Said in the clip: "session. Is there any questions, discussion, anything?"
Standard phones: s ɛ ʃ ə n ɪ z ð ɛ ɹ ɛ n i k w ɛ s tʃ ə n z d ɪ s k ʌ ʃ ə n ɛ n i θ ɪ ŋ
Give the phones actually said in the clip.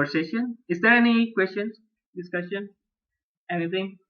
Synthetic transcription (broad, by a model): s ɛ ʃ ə n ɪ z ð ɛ ɹ ɛ n i k w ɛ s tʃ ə n d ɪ s k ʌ s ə n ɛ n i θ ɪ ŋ